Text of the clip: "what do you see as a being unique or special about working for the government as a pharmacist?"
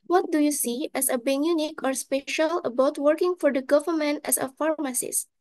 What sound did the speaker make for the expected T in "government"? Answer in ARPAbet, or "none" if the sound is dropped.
T